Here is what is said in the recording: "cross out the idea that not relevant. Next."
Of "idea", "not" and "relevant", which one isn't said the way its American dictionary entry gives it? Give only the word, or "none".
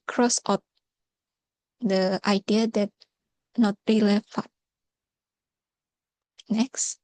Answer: relevant